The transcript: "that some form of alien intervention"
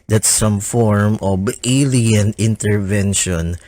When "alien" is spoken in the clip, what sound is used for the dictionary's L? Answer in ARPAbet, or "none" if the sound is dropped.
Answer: L